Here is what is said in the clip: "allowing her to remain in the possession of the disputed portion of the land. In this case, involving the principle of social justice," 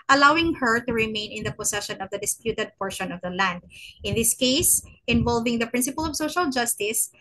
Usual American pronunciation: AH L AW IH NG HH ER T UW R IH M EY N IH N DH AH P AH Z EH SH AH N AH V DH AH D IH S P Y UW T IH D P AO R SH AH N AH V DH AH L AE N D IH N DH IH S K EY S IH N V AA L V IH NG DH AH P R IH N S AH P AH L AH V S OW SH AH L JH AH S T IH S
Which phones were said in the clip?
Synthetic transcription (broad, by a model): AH L AW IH NG HH ER T UW R IH M EY N IH N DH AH P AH S EH SH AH N AH V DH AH D IH S P Y UW T IH D P AO R SH AH N AH V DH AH L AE N D IH N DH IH S K EY S IH N V AA L V IH NG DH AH P R IH N S AH P AH L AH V S OW SH AH L JH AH S T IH S